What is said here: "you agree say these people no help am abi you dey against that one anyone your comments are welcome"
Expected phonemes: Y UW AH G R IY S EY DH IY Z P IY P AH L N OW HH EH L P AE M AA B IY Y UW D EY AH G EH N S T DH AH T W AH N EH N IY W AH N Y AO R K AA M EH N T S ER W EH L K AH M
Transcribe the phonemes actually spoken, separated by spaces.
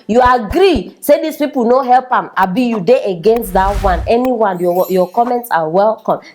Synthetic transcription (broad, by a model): Y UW AH G R IY S EY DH IY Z P IY P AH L N OW HH EH L P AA M AA B IY Y UW D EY AH G EH N S T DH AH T W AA N EH N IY W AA N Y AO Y K AA M EH N T S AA W EH L K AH M